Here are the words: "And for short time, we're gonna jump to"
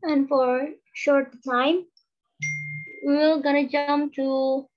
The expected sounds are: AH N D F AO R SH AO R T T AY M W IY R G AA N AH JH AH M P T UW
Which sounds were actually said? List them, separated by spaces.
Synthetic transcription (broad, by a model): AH N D F AO R SH AO R T T AY M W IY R G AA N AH JH AH M P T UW